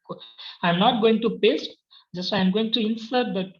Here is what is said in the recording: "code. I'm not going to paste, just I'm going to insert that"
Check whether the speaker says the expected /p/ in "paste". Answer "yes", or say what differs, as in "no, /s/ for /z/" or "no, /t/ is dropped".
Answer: no, /b/ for /p/